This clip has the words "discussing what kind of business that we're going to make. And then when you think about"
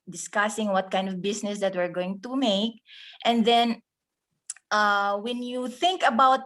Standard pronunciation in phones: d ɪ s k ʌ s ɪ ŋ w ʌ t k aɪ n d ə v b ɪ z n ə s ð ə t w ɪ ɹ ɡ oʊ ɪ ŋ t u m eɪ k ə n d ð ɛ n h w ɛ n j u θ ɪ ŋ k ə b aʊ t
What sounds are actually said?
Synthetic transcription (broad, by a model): d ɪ s k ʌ s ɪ ŋ w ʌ t k aɪ n d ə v b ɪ s n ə s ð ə t w ɪ ɹ ɡ oʊ ɪ ŋ t u m eɪ k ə n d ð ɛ n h w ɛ n j u θ ɪ ŋ k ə b aʊ t